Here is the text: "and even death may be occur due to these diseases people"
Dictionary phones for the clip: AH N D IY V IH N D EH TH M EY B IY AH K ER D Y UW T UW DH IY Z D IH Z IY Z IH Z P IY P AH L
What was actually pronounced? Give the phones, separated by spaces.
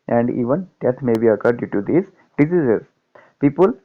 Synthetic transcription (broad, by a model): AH N D IY V IH N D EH T M EY B IY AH K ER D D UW T UW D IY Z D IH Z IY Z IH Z P IY P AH L